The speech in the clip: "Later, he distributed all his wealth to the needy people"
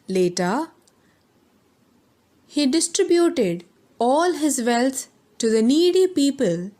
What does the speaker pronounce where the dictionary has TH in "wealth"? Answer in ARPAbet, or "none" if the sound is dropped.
T